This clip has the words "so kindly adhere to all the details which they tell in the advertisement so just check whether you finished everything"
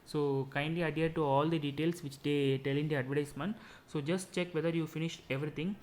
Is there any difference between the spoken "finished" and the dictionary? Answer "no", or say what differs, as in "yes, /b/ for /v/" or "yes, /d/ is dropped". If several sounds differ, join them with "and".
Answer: no